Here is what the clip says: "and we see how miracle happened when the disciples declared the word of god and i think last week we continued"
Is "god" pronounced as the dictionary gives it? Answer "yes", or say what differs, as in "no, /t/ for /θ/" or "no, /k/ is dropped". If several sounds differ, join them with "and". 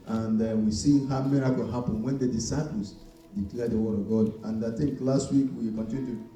yes